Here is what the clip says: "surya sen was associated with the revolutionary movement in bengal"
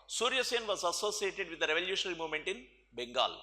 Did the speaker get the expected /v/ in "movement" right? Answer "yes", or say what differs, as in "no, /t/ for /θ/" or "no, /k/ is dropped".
yes